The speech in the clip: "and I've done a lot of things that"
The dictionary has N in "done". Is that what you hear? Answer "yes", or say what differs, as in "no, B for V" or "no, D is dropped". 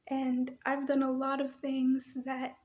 yes